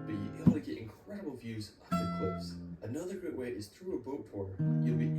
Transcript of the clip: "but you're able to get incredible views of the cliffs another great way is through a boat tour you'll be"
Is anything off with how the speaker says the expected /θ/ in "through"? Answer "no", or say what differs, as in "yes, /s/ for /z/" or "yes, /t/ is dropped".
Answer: no